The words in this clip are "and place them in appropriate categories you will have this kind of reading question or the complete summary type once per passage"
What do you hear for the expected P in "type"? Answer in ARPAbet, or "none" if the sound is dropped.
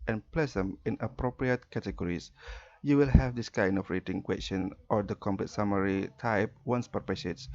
P